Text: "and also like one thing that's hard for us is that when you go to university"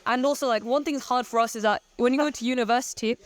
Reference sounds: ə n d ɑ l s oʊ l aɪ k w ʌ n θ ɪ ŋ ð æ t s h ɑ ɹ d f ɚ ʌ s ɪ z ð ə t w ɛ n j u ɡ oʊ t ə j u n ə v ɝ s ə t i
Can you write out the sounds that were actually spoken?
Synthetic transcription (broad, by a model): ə n ɑ l s oʊ l aɪ k w ʌ n θ ɪ ŋ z h ɑ ɹ d f ɚ ʌ s ɪ z ð ə t w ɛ n j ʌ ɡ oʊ t ə j u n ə v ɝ s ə t i